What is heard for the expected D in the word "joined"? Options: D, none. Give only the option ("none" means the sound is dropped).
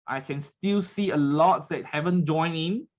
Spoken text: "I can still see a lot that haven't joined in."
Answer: none